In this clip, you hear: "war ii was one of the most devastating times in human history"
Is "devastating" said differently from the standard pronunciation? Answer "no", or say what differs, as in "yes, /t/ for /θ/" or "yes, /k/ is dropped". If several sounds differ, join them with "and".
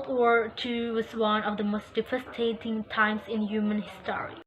yes, /f/ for /v/